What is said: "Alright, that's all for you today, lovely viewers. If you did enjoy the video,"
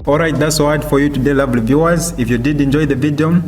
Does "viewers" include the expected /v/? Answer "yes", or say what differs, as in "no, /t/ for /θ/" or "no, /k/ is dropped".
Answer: yes